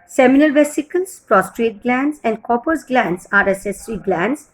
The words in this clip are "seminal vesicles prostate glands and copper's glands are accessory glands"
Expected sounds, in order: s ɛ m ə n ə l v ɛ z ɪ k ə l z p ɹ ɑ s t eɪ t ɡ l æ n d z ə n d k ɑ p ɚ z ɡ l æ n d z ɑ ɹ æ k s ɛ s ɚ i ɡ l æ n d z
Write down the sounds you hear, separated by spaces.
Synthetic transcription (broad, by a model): s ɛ m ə n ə l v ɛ s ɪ k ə l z p ɹ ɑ s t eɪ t ɡ l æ n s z ə n d k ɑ p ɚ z ɡ l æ n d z ɑ ɹ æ s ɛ s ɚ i ɡ l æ n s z